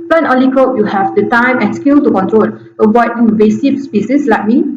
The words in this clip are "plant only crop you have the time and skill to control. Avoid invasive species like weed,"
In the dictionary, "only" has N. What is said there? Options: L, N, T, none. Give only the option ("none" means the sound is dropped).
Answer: none